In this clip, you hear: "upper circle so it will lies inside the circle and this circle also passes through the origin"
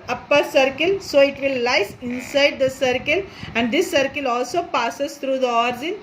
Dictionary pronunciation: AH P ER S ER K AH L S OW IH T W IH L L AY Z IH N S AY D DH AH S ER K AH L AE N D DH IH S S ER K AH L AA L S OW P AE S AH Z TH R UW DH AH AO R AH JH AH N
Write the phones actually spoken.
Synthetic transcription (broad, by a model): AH P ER S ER K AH L S OW IH T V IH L L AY S IH N S AY D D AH S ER K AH L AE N D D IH S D K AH L AA L S OW P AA S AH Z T R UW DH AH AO R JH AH N